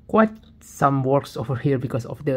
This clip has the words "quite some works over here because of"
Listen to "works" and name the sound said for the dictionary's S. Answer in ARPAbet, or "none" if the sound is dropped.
S